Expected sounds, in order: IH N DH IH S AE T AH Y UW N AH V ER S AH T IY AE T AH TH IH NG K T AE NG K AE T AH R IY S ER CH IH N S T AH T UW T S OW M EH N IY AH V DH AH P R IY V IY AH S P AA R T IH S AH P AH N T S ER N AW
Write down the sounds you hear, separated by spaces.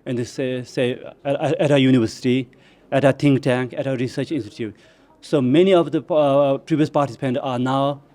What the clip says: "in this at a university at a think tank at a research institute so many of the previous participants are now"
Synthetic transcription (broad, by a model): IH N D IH S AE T AH Y UW N AH V ER S AH T IY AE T AH T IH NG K T AE NG K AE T AH R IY S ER CH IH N S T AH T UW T S OW M EH N IY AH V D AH P R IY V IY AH S P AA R T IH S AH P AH N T AA N AW